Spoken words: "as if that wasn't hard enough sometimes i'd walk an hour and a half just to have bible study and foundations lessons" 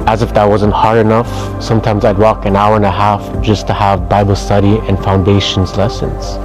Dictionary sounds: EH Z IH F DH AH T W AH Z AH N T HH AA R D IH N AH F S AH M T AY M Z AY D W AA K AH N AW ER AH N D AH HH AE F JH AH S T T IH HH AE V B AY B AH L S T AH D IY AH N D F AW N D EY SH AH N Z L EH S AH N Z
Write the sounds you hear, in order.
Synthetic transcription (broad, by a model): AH Z IH F DH AH T W AH Z AH N T HH AA R D IH N AH F S AH M T AY M Z AY D W AA K AH N AW ER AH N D AH HH AE F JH AH S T T IH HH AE V B AY B L S T AH D IY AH N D F AW N D EY SH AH N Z L EH S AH N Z